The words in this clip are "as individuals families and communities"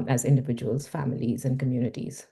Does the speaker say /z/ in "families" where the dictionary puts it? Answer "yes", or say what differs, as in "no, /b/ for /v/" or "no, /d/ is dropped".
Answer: yes